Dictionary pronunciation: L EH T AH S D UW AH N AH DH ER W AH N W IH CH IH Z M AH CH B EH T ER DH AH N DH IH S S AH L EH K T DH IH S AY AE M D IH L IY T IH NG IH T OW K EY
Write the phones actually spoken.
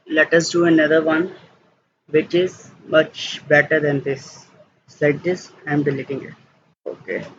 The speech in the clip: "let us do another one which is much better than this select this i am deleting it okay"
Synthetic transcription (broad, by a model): L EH T AH S D UW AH N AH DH ER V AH N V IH CH IH Z M AH CH B EH T ER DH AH N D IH S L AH IH T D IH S AY M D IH L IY T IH NG IH T OW K EY